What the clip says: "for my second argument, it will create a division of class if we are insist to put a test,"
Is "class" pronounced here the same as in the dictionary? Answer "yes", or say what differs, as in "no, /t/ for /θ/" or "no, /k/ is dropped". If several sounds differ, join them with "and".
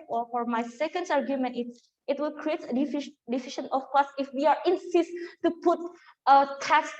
no, /l/ is dropped